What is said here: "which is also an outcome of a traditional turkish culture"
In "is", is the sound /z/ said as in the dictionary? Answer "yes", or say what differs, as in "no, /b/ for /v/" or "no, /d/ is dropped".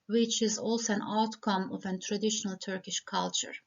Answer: yes